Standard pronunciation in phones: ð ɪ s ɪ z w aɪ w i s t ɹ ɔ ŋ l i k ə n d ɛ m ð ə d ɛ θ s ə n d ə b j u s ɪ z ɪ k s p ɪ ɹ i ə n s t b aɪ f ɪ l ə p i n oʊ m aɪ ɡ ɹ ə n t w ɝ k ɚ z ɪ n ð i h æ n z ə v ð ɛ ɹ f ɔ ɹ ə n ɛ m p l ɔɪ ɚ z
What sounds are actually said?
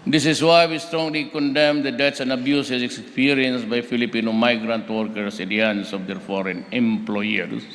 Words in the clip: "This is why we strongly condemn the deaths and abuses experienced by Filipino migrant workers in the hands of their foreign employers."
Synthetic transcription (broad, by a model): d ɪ s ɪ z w aɪ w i s t ɹ ɔ ŋ l i k ə n d ɛ m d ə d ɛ t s ə n d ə b j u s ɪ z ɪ k s p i ɹ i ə n s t b aɪ f ɪ l ə p i n oʊ m aɪ ɡ ɹ ə n t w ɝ k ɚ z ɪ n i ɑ n s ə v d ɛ ɹ f ɔ ɹ ə n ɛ m p l ɔɪ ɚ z